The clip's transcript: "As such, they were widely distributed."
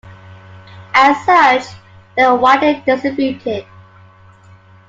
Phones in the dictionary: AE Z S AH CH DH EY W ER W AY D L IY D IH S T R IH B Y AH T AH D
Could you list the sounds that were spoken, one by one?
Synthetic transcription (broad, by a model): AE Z S AH CH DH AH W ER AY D IY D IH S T R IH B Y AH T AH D